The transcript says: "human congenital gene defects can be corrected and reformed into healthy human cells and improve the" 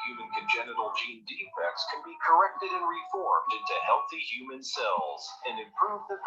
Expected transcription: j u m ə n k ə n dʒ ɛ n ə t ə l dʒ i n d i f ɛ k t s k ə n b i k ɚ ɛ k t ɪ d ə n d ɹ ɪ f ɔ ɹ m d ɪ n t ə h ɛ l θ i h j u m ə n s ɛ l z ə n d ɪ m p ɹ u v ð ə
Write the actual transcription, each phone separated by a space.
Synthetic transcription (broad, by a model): j u m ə n k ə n dʒ ɛ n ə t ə l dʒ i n d i f ɛ k t s k ə n b i k ɚ ɛ k t ɪ d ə n ɹ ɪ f ɔ ɹ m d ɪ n t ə h ɛ l θ i h j u m ə n s ɛ l z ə n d ɪ m p ɹ u v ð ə